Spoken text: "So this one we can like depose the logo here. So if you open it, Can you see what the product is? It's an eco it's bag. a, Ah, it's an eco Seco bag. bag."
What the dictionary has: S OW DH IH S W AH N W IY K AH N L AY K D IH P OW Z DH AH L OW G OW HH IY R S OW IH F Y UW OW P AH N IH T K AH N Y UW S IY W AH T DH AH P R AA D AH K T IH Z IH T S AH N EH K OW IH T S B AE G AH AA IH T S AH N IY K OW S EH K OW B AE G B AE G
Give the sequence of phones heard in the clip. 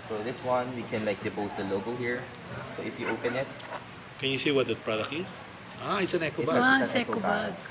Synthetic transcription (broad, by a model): S OW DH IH S W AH N W IY K AH N L AY K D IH B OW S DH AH L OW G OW HH IY R S OW IH F Y UW OW P AH N IH T K AH N Y UW S IY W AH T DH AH P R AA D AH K IH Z IH T S AH N EH K OW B AH AA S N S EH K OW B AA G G